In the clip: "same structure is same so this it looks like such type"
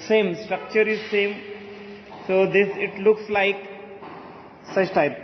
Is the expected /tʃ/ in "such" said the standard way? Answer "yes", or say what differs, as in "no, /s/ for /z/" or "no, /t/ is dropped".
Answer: no, /s/ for /tʃ/